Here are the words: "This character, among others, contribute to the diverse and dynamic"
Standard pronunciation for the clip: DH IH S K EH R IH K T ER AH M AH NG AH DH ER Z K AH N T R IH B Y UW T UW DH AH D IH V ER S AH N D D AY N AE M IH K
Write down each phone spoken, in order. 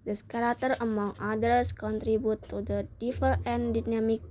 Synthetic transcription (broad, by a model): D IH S K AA R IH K T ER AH M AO NG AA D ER S K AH N T R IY B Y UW T UW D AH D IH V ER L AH N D D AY N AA M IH K